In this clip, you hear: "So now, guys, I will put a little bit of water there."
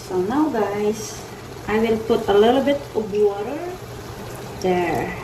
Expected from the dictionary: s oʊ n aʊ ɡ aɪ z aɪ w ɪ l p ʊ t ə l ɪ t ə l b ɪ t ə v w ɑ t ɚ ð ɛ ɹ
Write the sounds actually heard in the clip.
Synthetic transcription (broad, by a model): s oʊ n aʊ ɡ aɪ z aɪ w ɪ l p ʊ t ə l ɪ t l b ɪ t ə b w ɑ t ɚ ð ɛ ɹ